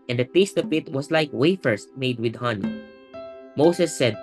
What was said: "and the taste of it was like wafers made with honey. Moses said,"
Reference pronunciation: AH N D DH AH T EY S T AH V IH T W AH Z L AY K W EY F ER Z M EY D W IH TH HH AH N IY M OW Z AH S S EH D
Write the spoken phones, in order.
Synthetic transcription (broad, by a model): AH N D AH T EY S T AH P IH T W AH S L AY K W EY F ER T M EY D W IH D HH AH N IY M OW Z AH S S EH D